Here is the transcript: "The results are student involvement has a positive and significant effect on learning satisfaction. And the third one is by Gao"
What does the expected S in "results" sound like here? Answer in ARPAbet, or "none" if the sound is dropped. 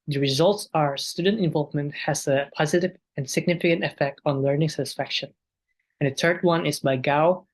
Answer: S